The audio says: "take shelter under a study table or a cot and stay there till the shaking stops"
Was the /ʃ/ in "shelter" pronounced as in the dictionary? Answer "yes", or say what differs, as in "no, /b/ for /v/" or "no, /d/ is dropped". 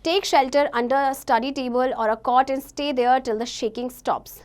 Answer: yes